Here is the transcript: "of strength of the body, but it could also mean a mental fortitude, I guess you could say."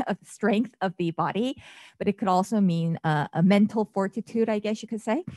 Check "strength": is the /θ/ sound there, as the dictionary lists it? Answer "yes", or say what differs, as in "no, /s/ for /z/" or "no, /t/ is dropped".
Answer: yes